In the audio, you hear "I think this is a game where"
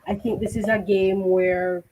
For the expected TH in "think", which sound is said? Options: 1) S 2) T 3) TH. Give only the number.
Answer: 3